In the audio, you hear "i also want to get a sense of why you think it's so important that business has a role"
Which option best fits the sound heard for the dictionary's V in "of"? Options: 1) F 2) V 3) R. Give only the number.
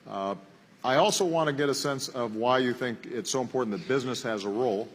2